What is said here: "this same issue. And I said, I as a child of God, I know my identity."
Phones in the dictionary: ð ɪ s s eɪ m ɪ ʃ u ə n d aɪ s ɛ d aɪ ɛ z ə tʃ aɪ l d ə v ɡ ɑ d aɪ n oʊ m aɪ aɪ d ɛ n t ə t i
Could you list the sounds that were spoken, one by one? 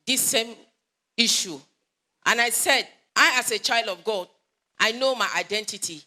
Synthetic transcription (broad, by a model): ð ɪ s s eɪ m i ʃ u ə n aɪ s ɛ d aɪ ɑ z ə tʃ aɪ l d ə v ɡ ɑ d aɪ n oʊ m aɪ aɪ d ɛ n t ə t i